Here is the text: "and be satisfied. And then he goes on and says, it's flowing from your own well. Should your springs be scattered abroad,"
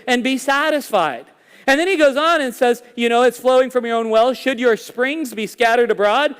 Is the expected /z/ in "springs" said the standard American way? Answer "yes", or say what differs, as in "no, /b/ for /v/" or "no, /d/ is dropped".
yes